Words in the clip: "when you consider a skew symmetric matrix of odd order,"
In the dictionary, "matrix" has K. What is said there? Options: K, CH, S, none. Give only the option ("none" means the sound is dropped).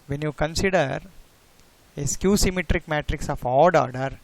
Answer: K